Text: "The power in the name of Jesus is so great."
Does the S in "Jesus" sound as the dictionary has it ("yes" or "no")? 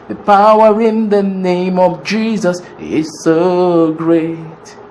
yes